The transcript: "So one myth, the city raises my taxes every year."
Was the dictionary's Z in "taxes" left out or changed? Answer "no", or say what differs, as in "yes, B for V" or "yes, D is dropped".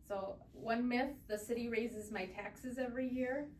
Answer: no